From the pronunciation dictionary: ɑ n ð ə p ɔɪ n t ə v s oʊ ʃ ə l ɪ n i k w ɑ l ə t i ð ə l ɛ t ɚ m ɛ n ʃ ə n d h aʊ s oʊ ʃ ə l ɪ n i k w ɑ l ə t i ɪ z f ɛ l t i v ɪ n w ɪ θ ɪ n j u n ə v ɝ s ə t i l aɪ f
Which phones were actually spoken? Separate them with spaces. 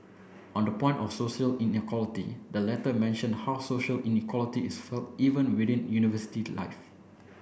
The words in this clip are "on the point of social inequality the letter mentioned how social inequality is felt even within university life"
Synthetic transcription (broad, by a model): ɑ n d ə p ɔɪ n t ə f s oʊ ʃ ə l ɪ n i k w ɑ l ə t i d ə l ɛ t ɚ m ɛ n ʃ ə n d h aʊ s oʊ ʃ ə l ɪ n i k w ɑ l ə t i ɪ s f ɛ l t i v ɪ n w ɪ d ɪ n j u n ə v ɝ s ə t i l aɪ f